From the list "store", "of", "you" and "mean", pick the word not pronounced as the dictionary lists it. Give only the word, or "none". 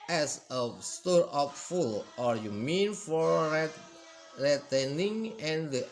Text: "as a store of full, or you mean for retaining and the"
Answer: of